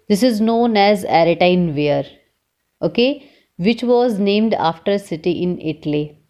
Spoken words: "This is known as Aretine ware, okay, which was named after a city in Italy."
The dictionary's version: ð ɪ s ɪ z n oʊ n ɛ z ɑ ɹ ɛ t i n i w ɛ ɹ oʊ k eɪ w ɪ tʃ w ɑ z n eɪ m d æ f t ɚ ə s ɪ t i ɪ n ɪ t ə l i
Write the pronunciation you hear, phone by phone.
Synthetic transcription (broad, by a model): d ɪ s ɪ z n oʊ n ɛ z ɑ ɹ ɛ t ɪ n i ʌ ɹ oʊ k eɪ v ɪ tʃ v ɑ z n eɪ m d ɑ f t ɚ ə s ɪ t i ɪ n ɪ t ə l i